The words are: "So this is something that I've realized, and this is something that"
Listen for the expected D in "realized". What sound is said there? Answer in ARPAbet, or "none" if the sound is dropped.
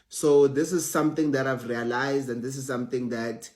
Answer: D